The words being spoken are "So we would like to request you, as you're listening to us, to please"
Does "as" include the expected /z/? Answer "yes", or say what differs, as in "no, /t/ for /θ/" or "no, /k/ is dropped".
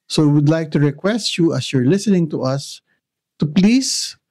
no, /s/ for /z/